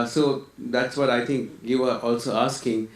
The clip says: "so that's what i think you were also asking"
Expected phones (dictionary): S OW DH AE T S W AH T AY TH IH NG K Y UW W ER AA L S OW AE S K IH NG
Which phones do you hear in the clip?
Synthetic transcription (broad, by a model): S OW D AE T S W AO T AY T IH NG K Y UW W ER AA L S OW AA S K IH NG